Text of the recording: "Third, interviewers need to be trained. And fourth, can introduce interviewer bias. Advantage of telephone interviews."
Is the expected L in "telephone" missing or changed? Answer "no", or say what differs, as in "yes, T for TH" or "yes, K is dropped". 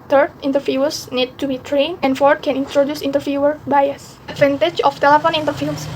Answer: no